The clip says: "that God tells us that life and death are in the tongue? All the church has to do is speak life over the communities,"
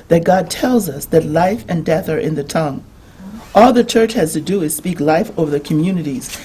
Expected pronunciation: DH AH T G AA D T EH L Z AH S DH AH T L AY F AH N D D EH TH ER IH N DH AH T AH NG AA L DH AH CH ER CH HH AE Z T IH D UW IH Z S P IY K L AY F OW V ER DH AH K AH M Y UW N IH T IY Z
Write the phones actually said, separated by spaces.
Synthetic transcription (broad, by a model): DH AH T G AA D T EH L Z AH S DH AH T L AY F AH N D D EH TH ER IH N DH AH T AH NG AA L DH AH CH ER CH HH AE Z T IH D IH IH Z S P IY K L AY F OW V ER DH AH K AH M Y UW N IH T IY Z